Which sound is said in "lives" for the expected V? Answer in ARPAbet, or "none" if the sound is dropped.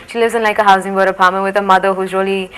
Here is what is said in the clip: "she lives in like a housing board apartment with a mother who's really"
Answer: none